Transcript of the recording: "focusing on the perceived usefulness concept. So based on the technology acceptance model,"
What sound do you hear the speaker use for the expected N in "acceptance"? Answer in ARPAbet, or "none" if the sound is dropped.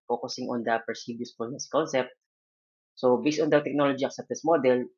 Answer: none